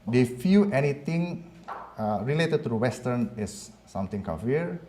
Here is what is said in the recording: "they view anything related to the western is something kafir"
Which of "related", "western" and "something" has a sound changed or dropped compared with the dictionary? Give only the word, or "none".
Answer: something